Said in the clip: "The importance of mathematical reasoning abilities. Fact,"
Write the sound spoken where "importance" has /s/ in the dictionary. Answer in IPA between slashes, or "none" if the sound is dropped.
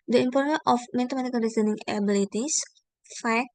none